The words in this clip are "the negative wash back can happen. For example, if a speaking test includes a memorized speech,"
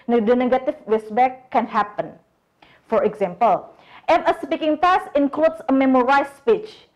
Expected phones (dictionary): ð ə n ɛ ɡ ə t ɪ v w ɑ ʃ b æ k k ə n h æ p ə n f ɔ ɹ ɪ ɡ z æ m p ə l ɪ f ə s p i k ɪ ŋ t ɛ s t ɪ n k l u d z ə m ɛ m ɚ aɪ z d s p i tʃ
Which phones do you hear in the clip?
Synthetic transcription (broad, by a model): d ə n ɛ ɡ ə t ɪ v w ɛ s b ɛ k k ə n h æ p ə n f ɔ ɹ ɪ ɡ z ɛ m p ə l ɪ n ə s p i k ɪ ŋ t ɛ s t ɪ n k l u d s ə m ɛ m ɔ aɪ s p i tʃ